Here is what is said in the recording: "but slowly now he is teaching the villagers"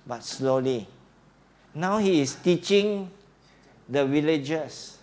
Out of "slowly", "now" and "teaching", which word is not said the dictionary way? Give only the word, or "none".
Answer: none